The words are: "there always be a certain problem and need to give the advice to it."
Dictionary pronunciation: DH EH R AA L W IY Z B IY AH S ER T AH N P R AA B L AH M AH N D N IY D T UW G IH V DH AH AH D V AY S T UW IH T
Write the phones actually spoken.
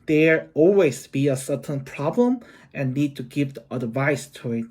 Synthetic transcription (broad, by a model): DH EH R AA L W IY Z B IY AH S ER T AH N P R AA B L AH M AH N N IY D T UW G IH V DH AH AH D V AY S T UW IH T